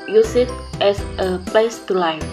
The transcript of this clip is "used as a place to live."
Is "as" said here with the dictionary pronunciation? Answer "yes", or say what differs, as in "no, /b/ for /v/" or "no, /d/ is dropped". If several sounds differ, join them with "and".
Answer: no, /s/ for /z/